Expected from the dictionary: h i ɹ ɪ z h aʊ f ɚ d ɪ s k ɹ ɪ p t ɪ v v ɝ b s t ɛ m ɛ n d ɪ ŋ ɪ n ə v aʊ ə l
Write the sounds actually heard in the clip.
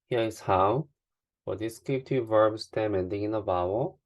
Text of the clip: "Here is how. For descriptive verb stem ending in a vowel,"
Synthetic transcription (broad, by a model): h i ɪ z h aʊ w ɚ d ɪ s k ɪ t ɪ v v ɝ b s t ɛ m ɛ n d ɪ ŋ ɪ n ə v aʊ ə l